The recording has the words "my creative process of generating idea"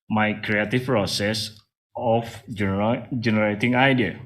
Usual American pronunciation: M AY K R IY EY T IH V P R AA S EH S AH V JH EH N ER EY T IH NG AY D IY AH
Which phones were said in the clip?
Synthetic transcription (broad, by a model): M AY K R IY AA T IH F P R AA S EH S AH F JH EH N ER EY T IH NG AY D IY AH